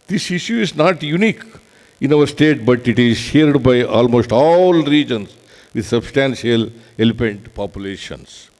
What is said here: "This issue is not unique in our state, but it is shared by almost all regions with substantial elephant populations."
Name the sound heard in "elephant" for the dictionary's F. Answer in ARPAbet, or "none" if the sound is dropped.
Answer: P